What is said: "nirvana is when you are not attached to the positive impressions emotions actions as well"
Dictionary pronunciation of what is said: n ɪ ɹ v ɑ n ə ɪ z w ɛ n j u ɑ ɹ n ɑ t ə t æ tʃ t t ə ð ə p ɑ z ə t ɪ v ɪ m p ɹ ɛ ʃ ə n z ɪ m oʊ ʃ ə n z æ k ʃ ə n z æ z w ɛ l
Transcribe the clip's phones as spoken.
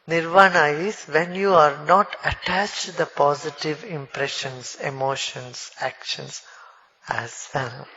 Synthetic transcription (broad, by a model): n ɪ ɹ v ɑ n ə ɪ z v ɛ n j u ɑ ɹ n ɑ t ə t æ tʃ t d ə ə p ɑ z ə t ɪ v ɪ m p ɹ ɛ ʃ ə n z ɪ m oʊ ʃ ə n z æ k ʃ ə n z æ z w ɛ l